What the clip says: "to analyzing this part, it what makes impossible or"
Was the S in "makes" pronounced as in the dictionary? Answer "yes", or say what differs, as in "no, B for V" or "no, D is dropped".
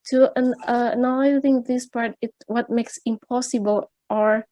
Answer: yes